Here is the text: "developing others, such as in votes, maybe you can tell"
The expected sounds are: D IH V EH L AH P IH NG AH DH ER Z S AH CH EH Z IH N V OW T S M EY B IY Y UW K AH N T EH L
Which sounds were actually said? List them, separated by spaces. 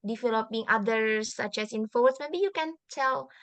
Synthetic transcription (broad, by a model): D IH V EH L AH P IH NG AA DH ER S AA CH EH S IH N F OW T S M EY B IY Y UW K AH N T EH L